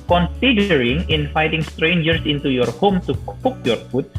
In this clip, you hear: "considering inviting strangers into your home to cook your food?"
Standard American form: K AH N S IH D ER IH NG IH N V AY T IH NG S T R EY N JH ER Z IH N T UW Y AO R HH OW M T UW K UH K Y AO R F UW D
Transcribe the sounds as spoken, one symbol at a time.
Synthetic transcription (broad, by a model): K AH N S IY D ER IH NG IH N F AY T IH NG S T R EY N JH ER S IH N T UW Y AO R HH OW M T UW K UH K Y AO R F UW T